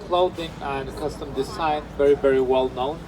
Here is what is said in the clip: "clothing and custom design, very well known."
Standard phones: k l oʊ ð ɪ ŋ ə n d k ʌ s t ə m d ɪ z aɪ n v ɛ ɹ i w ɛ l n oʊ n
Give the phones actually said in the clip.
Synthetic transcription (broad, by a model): k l oʊ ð ɪ ŋ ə n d k ʌ s t ə m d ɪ s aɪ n v ɛ ɹ i w ɛ l n oʊ n